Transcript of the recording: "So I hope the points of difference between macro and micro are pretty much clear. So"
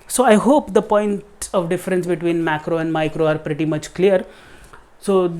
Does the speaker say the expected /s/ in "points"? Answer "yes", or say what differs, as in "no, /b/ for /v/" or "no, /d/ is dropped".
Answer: no, /s/ is dropped